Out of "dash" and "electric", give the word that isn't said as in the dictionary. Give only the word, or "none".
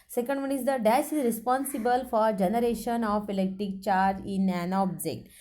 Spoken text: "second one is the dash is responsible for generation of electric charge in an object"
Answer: dash